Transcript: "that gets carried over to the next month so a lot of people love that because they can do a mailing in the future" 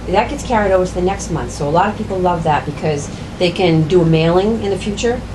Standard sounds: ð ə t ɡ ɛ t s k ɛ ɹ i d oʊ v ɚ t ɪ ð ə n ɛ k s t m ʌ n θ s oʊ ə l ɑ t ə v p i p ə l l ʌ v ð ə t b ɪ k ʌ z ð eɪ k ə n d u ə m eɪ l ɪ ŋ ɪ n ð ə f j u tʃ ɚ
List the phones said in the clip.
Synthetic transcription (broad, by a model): ð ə t ɡ ɛ t s k ɛ ɹ i d oʊ v ɚ t ɪ ð ə n ɛ k s t m ʌ n θ s oʊ ə l ɑ t ə v p i p l l ʌ v ð ə t b ɪ k ʌ z ð eɪ k ə n d ə m eɪ l ɪ ŋ ɪ n ð ə f j u tʃ ɚ